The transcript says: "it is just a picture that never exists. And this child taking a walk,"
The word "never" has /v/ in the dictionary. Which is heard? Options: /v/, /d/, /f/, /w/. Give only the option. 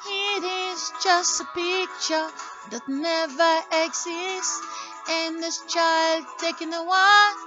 /v/